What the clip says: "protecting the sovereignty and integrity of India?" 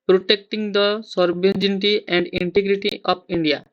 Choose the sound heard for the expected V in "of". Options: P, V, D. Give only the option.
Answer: P